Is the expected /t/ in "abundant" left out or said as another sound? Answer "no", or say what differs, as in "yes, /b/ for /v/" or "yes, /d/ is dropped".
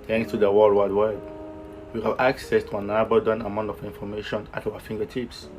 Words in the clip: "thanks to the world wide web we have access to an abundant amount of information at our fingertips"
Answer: yes, /t/ is dropped